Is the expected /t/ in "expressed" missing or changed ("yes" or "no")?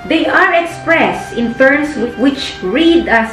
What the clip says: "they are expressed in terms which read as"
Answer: no